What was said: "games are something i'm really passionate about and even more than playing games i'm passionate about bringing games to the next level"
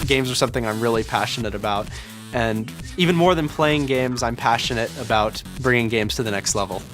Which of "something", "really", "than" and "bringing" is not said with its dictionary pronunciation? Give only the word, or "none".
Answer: none